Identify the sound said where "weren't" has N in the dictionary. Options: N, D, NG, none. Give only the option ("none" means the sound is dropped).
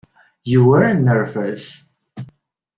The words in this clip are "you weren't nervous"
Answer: none